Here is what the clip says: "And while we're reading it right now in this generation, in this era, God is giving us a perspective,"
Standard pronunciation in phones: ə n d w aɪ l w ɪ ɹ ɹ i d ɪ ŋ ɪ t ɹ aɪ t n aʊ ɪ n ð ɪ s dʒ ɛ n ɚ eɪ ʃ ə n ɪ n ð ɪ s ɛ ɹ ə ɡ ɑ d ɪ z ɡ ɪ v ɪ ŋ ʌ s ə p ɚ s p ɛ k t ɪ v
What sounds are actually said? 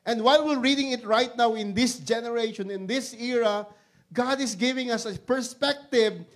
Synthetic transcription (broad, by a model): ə n d w aɪ l w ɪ l ɹ i d ɪ ŋ ɪ t ɹ aɪ t n aʊ ɪ n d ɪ s dʒ ɛ n ɚ eɪ ʃ ə n ɪ n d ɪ s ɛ ɹ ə ɡ ɑ d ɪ s ɡ ɪ v ɪ ŋ ʌ s ə p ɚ s p ɛ k t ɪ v